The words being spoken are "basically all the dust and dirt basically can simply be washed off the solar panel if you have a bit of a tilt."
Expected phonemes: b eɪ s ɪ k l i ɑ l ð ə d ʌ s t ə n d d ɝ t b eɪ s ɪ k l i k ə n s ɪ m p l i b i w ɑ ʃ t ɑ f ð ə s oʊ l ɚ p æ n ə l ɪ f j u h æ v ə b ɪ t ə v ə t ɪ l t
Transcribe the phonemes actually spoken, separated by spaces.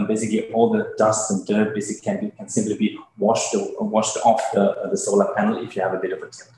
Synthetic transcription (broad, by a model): b eɪ s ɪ k l i ɑ l ð ə d ʌ s t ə n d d ɝ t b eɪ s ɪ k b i k ə n s ɪ m p l i b i w ɑ ʃ t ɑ f ð ə s oʊ l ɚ p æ n l ɪ f j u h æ v ə b ɪ t ə v ə t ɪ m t